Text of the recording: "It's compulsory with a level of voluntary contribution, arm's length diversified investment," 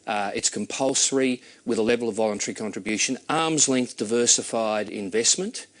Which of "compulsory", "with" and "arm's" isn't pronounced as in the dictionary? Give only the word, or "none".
none